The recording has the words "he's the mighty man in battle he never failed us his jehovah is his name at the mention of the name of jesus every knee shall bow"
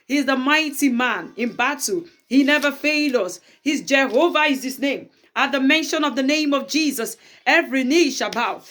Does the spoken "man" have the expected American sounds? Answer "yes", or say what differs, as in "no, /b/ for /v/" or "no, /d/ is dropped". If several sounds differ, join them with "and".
yes